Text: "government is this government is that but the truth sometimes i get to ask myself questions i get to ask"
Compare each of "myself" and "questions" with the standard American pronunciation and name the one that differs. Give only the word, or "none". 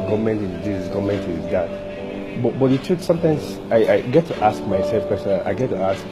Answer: questions